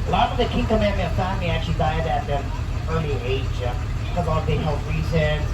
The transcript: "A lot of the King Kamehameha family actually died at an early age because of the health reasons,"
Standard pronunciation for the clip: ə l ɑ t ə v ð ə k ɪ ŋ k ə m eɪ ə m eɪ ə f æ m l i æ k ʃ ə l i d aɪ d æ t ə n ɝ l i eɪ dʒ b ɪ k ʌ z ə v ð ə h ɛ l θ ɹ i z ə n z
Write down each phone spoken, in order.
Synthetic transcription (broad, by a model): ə l ɑ t ə v ð ə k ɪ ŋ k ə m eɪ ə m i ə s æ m i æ k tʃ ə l i d aɪ d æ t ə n ɝ l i eɪ dʒ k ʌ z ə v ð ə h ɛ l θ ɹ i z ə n